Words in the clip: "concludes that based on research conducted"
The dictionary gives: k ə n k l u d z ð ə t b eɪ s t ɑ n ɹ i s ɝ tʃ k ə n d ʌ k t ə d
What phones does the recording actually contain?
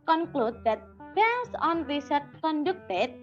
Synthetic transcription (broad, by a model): k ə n k l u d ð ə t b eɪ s ɑ n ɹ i s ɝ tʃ k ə n d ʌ k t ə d